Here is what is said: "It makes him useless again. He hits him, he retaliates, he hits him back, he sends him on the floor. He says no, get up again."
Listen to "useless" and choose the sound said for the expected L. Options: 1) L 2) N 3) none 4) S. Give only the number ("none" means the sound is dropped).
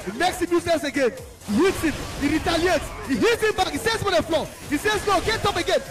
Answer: 3